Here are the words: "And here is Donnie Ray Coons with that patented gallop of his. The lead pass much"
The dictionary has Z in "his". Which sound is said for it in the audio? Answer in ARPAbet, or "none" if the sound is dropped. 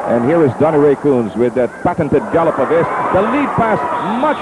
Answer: S